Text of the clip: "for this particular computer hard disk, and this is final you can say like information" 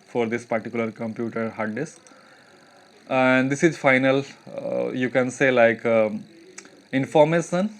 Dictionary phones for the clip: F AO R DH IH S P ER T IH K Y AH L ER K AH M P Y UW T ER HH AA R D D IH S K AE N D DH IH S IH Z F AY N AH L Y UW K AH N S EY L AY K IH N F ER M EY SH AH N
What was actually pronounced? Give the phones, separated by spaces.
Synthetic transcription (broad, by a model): F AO R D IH S P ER T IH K Y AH L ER K AH M P Y UW T ER HH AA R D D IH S AE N D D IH S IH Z F AY N AH L Y UW K AH N S EY L AY K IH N F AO M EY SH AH N